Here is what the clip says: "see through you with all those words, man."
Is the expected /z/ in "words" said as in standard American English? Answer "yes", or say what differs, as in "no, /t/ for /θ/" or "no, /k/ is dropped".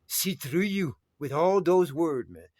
no, /z/ is dropped